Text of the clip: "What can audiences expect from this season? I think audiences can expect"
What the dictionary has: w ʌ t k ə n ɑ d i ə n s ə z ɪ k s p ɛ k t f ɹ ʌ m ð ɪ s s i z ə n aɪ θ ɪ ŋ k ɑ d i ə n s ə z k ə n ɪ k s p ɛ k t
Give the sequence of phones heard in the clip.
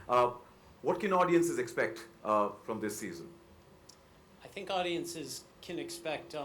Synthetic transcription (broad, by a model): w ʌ t k ə n ɑ d i ə n s ə z ɪ k s p ɛ k t f ɹ ʌ m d ɪ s s i z ə n aɪ θ ɪ ŋ k ɑ d i ə n s ə z k ə n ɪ k s p ɛ k t